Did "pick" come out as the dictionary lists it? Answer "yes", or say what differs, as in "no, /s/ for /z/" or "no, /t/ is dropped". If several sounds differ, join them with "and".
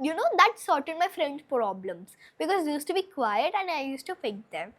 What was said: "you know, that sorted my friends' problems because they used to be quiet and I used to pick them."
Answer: no, /f/ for /p/